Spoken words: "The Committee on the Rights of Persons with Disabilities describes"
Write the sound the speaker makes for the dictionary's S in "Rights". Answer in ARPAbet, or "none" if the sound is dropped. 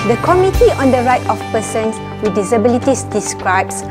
none